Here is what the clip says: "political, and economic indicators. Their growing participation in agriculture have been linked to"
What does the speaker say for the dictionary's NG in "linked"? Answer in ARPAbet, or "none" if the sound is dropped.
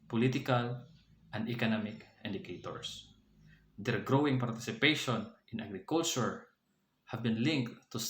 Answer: NG